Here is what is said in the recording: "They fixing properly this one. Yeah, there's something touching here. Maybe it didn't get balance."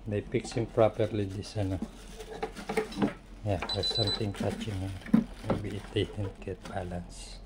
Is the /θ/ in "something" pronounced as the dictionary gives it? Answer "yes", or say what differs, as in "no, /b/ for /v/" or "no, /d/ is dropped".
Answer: no, /t/ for /θ/